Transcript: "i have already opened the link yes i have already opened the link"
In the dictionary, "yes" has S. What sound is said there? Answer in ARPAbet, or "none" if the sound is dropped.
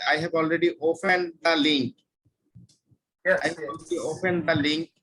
none